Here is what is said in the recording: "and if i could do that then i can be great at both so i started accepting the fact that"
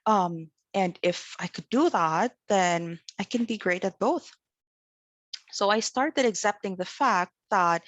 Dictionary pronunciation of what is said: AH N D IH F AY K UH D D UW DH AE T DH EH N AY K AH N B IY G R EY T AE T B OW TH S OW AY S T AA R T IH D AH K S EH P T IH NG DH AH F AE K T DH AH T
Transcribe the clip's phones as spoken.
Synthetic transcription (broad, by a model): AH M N IH F AY K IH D D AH DH AE T DH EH N AY K AH N B IY G R EY T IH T B OW TH S OW AY S T AA R T IH D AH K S EH P T IH NG DH AH F AE K T DH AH T